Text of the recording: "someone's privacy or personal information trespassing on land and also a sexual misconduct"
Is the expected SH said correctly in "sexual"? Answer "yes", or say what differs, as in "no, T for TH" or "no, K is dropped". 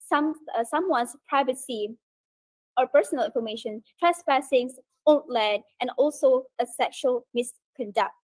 yes